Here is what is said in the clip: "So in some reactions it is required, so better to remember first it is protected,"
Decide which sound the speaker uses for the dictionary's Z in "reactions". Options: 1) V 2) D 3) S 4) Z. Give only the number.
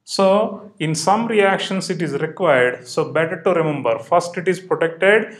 3